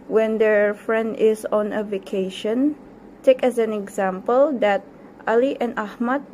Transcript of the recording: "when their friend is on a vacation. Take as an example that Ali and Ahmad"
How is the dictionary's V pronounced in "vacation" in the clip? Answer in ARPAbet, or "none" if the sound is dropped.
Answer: V